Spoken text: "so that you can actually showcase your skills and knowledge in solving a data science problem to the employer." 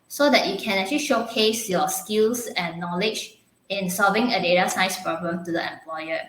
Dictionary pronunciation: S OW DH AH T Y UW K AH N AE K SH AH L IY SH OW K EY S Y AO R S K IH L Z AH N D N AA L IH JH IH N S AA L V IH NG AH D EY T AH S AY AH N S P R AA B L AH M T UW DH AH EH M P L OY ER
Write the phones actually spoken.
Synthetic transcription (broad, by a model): S OW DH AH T Y UW K AH N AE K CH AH L IY SH OW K EY S Y AO S K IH L S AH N N AA L IH JH IH N S AA L V IH NG AH D EY T AH S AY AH S P R AA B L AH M T UW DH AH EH M P L OY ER